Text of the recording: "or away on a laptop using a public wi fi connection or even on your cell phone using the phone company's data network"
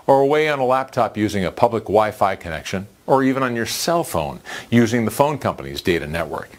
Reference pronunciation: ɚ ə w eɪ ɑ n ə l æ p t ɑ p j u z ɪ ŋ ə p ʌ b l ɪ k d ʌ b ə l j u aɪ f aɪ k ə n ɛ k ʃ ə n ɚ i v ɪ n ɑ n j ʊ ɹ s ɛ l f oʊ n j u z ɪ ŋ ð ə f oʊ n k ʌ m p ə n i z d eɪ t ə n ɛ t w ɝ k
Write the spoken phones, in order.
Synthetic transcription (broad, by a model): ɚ ə w eɪ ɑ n ə l æ p t ɑ p j u z ɪ ŋ ə p ʌ b l ɪ k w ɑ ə f aɪ k ə n ɛ k ʃ ə n ɚ i v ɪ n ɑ n j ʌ ɹ s ɛ l f oʊ n j u z ɪ ŋ ð ə f oʊ n k ʌ m p ə n i z d eɪ t ə n ɛ t w ɝ k